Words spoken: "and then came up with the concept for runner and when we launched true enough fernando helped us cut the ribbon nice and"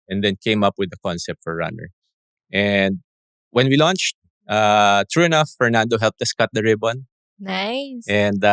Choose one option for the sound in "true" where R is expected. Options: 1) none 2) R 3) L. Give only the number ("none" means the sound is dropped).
2